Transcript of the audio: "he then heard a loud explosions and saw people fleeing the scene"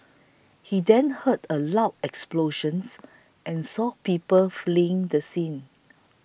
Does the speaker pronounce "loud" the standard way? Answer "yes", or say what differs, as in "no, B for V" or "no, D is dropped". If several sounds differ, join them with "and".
no, D is dropped